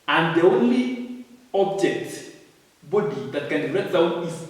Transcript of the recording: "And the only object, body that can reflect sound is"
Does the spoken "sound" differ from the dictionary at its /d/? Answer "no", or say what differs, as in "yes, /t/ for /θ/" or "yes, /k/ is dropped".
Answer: yes, /d/ is dropped